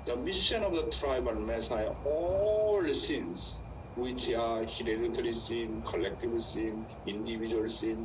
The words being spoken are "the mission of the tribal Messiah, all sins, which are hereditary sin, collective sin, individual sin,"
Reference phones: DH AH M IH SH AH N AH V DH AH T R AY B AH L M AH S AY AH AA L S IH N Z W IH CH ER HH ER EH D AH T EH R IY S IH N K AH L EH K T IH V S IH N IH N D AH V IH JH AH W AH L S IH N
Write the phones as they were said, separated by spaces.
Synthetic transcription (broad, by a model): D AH M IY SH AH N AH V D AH T R AY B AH N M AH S AY AA L S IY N S W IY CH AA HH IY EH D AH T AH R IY S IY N K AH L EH K T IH B S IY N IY N D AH B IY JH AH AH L S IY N